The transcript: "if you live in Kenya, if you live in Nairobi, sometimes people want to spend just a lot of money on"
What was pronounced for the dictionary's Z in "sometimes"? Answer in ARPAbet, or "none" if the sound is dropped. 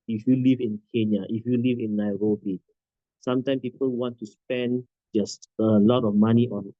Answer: none